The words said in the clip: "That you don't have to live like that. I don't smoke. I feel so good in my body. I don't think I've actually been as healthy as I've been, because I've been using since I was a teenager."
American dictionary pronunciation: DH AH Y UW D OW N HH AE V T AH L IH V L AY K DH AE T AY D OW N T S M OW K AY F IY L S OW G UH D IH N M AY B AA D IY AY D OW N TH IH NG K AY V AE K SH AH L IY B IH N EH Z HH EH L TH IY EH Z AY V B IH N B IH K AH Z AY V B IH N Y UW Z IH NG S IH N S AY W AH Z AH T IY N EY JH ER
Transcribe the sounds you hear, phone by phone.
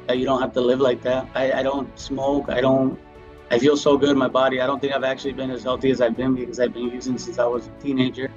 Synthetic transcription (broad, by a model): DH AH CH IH D OW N HH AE F T AH L IH V L AY K DH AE T AY D OW N T S M OW K AY F IY L S OW G UH D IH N M AY B AA D IY AY D OW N TH IH NG K AY V AE K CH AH L IY B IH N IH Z HH EH L TH IY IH Z AY V B IH N B IH K AH Z AY V B IH N Y UW Z IH NG S IH N S AY W AH Z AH T IY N EY JH ER